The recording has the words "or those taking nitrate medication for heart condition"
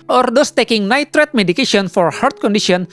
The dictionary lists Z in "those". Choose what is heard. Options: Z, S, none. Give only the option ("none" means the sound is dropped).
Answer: S